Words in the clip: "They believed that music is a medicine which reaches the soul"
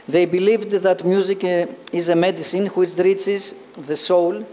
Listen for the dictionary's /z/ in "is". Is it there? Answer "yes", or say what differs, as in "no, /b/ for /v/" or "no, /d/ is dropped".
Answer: yes